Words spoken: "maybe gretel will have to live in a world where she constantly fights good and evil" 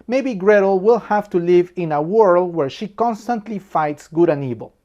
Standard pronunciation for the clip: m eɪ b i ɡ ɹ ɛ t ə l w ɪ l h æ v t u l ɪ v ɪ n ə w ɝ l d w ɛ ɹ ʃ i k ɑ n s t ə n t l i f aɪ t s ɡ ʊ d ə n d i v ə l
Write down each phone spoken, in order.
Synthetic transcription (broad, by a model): m eɪ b i ɡ ɹ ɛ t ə l w ɪ l h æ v t u l ɪ v ɪ n ə w ɝ l d w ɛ ɹ ʃ i k ɑ n s t ə n t l i f aɪ t s ɡ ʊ d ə n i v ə l